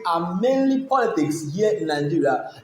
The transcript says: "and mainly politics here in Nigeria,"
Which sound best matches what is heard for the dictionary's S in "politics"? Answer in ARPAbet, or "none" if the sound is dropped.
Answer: S